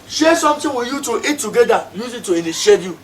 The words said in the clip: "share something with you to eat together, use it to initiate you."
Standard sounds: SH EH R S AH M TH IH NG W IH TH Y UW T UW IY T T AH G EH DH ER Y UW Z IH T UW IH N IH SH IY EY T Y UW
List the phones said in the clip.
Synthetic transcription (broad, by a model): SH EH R S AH M T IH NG W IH Y UW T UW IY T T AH G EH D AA Y UW Z IH T UW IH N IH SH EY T Y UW